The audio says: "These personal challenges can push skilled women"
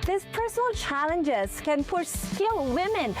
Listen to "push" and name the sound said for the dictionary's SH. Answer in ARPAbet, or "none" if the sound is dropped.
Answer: S